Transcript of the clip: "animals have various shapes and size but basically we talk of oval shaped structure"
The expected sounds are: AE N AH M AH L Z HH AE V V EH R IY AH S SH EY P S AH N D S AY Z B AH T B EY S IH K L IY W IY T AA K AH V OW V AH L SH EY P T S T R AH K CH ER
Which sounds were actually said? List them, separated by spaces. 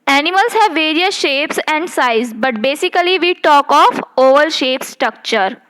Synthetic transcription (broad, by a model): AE N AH M AH L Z HH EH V V EH R IY AH S SH EY P S AH N D S AY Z B AH T B EY S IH K L IY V IY T AA K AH F OW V AH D SH EY P S T R AH K CH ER